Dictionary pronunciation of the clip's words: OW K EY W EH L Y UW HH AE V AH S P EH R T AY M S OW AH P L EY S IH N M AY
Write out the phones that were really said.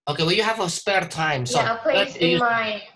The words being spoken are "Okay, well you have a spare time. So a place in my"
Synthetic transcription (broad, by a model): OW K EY W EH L Y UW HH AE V AH S P EH R T AY M S OW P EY IH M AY